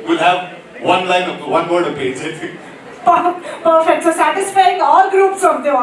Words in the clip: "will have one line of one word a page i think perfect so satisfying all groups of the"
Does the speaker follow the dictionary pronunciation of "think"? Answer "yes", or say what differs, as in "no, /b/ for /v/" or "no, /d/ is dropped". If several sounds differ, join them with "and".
no, /f/ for /θ/